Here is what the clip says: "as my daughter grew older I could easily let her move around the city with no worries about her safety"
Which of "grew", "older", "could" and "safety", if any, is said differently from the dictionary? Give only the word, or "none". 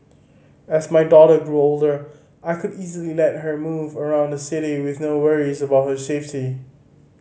none